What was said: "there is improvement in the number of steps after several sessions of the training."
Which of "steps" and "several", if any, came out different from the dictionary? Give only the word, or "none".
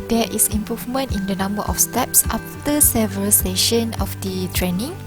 none